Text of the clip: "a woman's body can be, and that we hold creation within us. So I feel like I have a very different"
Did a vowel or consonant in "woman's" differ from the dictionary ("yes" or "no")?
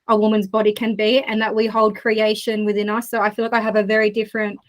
no